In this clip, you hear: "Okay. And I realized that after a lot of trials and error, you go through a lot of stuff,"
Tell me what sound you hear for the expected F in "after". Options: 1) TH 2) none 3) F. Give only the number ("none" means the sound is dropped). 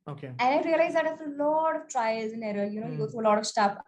2